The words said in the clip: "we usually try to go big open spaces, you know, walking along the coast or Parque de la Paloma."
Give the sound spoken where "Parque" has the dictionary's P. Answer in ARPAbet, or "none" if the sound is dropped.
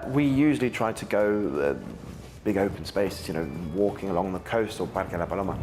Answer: B